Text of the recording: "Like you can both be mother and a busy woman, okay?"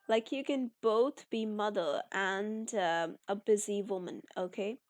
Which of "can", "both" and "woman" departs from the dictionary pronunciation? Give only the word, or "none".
none